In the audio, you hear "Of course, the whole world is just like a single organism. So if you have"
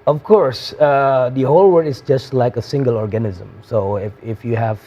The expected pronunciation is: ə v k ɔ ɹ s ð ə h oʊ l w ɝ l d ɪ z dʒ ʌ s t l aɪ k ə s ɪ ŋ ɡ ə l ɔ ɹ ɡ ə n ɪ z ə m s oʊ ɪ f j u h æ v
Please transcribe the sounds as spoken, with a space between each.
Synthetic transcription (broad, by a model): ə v k ɔ ɹ s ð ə h oʊ l w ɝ d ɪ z dʒ ʌ s t l aɪ k ə s ɪ ŋ ɡ ə l ɔ ɹ ɡ ə n ɪ z ə m s oʊ ɪ f j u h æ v